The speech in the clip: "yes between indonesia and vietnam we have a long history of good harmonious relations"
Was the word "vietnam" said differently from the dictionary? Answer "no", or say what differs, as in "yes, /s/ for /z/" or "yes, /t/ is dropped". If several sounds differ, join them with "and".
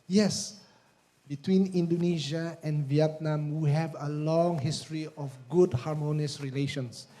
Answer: no